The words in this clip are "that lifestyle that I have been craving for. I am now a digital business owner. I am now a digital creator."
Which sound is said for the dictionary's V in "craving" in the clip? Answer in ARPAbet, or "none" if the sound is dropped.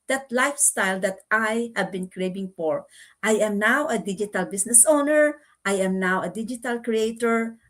B